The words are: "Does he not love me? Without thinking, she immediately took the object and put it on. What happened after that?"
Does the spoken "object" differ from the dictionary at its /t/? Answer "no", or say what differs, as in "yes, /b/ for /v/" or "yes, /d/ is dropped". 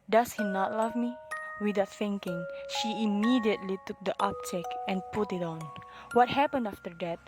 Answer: yes, /t/ is dropped